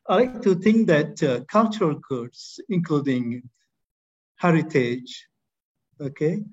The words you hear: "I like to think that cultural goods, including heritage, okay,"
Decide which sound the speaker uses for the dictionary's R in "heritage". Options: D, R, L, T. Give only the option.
R